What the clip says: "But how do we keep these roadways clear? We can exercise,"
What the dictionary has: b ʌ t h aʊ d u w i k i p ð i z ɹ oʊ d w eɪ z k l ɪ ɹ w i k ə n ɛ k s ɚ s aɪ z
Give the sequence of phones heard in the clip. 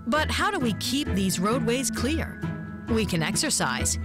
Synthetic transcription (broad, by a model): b ʌ t h aʊ d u w i k i p ð i z ɹ oʊ d w eɪ z k l ɪ ɹ w i k ə n ɛ k s ɚ s aɪ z